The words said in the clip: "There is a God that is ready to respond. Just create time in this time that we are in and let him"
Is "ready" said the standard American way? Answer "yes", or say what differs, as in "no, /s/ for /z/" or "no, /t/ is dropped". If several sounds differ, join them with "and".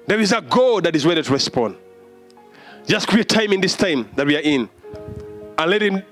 no, /w/ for /ɹ/